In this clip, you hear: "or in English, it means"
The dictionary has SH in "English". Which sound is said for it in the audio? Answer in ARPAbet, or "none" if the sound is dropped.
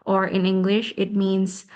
SH